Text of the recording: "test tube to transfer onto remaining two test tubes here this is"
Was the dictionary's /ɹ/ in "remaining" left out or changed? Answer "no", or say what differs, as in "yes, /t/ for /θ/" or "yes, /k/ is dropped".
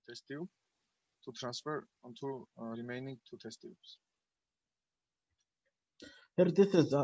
yes, /l/ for /ɹ/